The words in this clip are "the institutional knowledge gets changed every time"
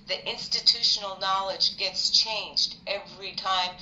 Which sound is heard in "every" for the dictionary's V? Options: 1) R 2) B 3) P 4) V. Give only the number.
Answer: 4